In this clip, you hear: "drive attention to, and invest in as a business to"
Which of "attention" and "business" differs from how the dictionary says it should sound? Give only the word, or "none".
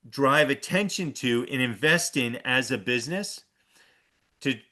none